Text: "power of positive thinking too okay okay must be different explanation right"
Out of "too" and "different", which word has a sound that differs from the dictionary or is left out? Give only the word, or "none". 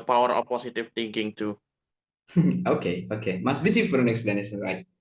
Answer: different